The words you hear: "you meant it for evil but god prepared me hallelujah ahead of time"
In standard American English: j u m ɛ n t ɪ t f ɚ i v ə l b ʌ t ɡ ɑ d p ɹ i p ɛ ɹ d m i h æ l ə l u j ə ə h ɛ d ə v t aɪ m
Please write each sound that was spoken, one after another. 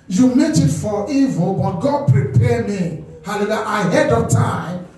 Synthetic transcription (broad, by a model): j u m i t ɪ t f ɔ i v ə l b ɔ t ɡ ɑ d p ɹ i p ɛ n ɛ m h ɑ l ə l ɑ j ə ə h ɛ d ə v t aɪ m